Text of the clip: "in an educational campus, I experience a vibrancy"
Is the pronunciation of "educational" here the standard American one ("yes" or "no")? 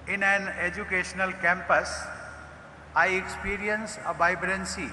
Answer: yes